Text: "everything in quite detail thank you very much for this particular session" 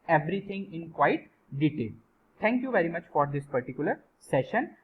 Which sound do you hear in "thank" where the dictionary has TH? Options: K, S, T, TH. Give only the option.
T